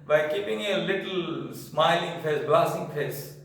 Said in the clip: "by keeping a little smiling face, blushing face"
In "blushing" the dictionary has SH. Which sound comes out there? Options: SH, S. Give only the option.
S